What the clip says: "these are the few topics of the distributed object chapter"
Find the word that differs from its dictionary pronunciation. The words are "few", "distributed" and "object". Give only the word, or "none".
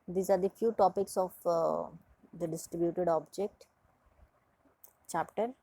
none